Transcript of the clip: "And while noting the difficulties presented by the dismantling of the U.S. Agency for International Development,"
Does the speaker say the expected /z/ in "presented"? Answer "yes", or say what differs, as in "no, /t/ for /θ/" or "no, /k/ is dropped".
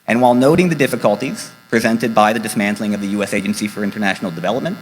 yes